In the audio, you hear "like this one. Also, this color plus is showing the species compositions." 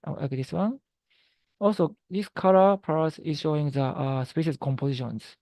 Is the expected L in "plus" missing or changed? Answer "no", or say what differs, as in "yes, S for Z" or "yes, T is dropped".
yes, L is dropped